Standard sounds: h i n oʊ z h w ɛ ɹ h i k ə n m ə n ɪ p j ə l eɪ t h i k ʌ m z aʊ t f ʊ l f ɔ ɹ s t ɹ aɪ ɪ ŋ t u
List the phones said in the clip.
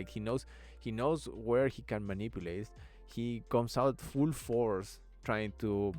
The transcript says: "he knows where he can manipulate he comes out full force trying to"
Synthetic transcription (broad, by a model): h i n oʊ s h w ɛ ɹ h i k ə n m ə n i p j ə l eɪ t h i k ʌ m s aʊ t f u l f ɔ ɹ s t ɹ aɪ ɪ ŋ t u